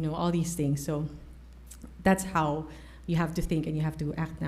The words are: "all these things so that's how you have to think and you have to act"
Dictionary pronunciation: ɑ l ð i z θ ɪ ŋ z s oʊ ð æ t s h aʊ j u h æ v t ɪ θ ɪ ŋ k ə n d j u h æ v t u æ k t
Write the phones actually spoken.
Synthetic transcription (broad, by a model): ɑ l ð i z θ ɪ ŋ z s oʊ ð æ t s h aʊ j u h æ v t ɪ θ ɪ ŋ k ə n j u h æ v t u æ k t